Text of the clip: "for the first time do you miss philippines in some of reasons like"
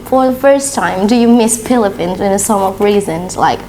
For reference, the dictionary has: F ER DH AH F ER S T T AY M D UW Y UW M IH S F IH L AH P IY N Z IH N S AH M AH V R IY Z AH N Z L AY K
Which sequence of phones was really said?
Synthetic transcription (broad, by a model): F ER DH AH F ER S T T AY M D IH Y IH M IH S P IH L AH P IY N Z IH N S AH M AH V R IY Z AH N Z L AY K